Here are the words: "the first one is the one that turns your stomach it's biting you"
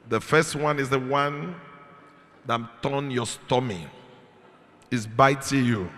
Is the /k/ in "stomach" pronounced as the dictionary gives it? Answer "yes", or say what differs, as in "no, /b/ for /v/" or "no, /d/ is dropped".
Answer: no, /k/ is dropped